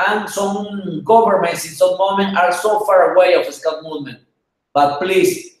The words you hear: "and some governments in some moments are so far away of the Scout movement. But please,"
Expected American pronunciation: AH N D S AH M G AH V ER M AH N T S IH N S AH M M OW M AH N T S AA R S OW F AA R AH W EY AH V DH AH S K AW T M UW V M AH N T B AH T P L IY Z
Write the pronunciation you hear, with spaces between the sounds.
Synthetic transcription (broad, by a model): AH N S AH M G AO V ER M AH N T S IH N S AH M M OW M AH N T AA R S OW F AA R AH W EY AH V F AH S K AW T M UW M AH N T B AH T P L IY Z